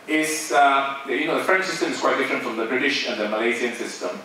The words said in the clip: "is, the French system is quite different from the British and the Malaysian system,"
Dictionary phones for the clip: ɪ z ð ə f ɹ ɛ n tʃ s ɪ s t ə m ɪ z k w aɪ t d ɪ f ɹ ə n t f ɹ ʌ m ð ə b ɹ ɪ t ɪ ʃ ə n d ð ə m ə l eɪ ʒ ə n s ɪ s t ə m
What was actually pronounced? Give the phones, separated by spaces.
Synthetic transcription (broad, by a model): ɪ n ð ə f ɹ ɛ n tʃ s ɪ s t ə m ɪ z k w aɪ t d ɪ f ɹ ə n t f ɹ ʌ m ð ə b ɹ ɪ t ɪ ʃ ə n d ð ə m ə l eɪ z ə n s ɪ s t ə m